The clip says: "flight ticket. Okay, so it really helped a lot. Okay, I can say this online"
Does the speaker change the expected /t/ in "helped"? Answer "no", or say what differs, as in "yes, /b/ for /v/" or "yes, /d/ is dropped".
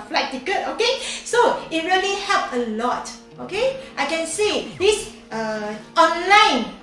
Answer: yes, /t/ is dropped